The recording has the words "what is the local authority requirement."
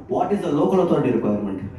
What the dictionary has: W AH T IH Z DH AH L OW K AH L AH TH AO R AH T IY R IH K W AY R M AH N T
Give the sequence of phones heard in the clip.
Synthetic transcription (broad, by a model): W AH T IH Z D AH L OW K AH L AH T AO AH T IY R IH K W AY R M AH N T